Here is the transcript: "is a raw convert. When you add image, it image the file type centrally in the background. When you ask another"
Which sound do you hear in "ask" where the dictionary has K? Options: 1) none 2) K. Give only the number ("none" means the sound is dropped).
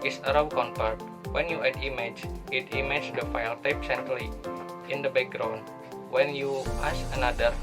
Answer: 1